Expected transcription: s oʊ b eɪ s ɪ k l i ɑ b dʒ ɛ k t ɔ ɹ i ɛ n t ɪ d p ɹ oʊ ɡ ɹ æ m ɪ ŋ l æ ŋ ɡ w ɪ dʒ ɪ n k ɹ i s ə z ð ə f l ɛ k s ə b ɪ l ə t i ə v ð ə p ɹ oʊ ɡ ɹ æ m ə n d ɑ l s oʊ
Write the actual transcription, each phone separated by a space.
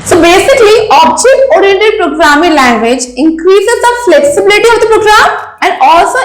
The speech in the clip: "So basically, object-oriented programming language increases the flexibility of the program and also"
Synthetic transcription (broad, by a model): s oʊ b eɪ s ɪ k l i ɑ b dʒ ɛ k t ɔ ɹ i ɛ n t ɪ d p ɹ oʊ ɡ ɹ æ m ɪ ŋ l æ ŋ ɡ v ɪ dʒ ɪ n k ɹ i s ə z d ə f l ɛ k s ə b ɪ l ə t i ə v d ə p ɹ oʊ ɡ ɹ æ m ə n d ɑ l s oʊ